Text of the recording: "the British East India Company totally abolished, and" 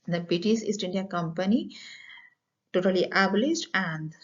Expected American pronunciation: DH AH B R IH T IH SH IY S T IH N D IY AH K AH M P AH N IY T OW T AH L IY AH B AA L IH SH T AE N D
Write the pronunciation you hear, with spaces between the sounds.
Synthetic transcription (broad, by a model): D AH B IH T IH S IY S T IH N D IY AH K AH M P AH N IY T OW T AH L IY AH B L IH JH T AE N D